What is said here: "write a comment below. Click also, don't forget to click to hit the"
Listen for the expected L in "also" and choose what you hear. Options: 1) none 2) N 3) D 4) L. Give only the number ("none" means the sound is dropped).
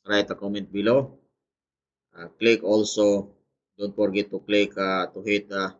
4